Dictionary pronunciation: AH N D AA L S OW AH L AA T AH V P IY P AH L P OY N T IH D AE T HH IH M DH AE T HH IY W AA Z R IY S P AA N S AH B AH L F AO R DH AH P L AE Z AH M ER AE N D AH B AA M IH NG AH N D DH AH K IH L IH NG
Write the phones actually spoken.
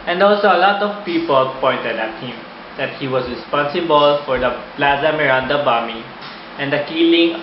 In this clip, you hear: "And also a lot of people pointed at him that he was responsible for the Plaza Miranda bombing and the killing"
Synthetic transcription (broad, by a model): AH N D AA L S OW AH L AA T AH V P IY P AH L P OY N T IH D AE T HH IH M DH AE T HH IY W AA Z R IY S P AA N S AH B AH L F AO R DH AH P L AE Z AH M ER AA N D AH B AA M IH AH N D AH K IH L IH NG